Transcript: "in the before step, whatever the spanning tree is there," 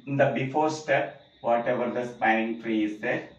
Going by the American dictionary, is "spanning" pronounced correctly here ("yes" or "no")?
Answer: no